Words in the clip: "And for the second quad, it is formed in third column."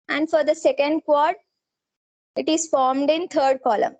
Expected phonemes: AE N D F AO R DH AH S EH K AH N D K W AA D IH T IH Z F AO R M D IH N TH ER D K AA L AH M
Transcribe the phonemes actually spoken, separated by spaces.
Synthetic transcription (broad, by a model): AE N D F AO R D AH S EH K AH N D K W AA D IH T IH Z F AO R M D IH N T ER D K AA L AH M